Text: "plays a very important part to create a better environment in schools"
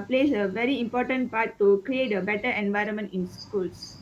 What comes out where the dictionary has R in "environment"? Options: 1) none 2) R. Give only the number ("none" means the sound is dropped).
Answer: 2